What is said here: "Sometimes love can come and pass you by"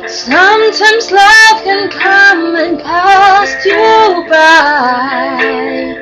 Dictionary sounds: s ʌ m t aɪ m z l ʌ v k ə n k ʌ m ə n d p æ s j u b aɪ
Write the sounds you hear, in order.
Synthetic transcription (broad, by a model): s ʌ m t aɪ m z l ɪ f k ə n k ʌ m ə n p æ s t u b aɪ